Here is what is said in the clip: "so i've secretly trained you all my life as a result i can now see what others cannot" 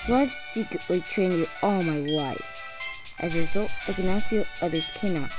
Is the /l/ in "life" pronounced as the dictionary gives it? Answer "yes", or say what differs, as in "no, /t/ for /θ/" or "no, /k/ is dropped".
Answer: no, /w/ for /l/